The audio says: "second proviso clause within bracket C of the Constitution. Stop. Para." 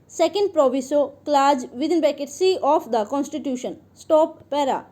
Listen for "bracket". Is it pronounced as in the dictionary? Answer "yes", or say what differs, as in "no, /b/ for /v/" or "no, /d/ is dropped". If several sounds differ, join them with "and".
no, /ɹ/ is dropped